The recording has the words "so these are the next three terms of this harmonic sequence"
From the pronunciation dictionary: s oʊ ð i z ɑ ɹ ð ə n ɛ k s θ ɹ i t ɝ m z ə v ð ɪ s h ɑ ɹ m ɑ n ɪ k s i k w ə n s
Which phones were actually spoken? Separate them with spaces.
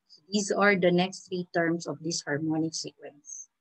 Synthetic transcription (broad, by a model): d i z ɑ ɹ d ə n ɛ k s t ɹ i t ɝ m s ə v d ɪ s h ɑ ɹ m ɑ n ɪ k s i k w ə n s